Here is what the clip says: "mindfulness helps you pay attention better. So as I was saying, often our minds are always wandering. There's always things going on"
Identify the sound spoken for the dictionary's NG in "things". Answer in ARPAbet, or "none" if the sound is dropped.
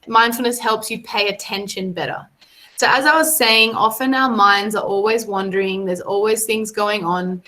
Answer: NG